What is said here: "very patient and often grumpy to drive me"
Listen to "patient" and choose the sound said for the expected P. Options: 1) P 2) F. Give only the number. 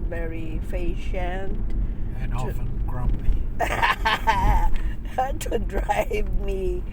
2